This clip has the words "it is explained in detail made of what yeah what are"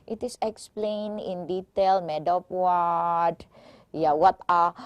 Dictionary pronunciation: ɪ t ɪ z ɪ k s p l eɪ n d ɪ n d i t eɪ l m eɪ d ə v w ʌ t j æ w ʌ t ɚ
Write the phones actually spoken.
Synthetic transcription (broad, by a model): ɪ t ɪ s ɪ k s p l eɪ n ɪ n d i t eɪ l m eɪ d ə p w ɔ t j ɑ w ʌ t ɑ